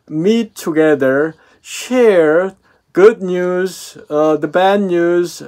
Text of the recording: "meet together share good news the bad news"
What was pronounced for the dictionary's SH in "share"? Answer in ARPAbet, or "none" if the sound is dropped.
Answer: SH